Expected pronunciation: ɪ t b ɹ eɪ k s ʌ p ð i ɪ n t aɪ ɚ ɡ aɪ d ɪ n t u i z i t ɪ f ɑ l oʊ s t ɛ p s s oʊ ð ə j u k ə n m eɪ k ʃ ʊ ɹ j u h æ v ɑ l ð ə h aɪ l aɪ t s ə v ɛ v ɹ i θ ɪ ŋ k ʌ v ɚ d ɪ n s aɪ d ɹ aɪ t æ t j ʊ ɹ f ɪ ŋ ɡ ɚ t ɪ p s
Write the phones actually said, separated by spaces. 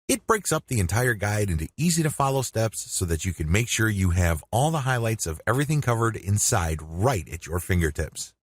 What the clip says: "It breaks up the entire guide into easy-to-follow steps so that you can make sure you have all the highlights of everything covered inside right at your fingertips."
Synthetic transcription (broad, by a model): ɪ t b ɹ eɪ k s ʌ p ð i ɪ n t aɪ ɚ ɡ aɪ d ɪ n t u i z i t ɪ f ɑ l oʊ s t ɛ p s s oʊ ð ə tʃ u k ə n m eɪ k ʃ ʊ ɹ j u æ v ɑ l ð ə h aɪ l aɪ t s ə v ɛ v ɹ i θ ɪ ŋ k ʌ v ɚ d ɪ n s aɪ d ɹ aɪ t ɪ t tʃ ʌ ɹ f ɪ ŋ ɡ ɚ t ɪ p s